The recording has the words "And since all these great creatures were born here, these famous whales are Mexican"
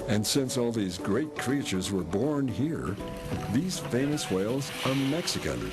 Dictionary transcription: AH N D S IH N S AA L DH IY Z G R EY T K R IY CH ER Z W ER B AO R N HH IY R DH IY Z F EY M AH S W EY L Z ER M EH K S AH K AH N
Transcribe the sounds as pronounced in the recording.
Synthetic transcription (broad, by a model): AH N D S IH N S AA L DH IY Z G R EY T K R IY CH ER Z W ER B AO R N HH IY R DH IY Z F EY M AH S W EY L Z ER M EH K S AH K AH N